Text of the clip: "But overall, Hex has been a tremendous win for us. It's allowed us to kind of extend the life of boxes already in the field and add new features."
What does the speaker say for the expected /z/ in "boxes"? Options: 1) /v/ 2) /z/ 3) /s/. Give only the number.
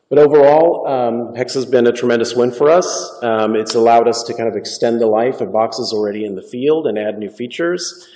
2